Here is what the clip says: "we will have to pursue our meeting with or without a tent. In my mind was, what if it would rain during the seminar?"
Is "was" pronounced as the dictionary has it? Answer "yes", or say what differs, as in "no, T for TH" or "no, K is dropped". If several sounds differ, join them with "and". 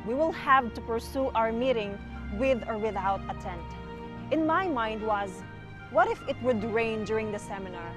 yes